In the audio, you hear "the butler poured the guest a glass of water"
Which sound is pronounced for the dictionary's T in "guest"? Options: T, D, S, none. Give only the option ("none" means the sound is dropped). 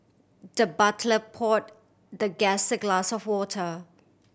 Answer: none